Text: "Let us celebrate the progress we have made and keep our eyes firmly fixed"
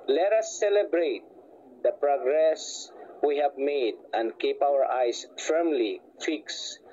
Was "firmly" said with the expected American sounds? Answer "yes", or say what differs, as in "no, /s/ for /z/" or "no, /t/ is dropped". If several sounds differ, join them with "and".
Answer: yes